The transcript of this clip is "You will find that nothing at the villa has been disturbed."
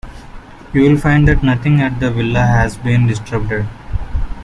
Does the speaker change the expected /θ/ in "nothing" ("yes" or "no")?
yes